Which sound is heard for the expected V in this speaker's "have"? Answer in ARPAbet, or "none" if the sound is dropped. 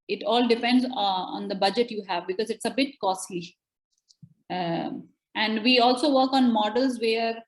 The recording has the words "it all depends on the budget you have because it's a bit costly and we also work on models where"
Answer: V